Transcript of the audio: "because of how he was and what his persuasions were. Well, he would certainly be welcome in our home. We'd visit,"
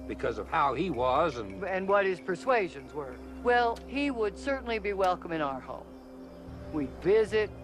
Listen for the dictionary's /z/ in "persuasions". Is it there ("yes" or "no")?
yes